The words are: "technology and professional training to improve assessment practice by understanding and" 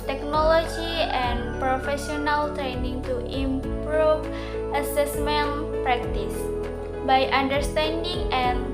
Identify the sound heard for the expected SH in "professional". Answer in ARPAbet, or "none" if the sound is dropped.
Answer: S